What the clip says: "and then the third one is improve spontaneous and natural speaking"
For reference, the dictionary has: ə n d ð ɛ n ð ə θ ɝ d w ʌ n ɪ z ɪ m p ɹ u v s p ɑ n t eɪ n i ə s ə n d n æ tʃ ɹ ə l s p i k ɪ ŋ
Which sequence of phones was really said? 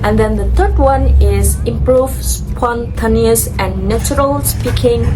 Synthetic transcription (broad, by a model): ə n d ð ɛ n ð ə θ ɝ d w ʌ n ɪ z ɪ m p ɹ u v s p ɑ n t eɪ n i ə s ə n n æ tʃ ɹ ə l s p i k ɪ ŋ